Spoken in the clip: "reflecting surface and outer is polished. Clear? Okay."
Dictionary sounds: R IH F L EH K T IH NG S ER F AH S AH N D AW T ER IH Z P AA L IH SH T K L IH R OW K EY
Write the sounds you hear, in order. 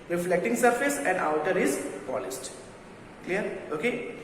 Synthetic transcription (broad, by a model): R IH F L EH K T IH NG S ER F AH S AH N D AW T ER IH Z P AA L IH S T K L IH R OW K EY